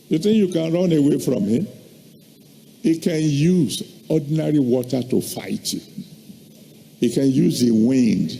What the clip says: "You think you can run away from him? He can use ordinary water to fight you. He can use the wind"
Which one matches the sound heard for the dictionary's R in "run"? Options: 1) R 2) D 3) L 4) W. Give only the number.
1